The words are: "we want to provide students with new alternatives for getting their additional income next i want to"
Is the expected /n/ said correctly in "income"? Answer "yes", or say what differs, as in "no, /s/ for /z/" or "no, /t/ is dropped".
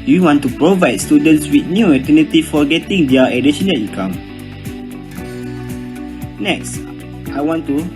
no, /n/ is dropped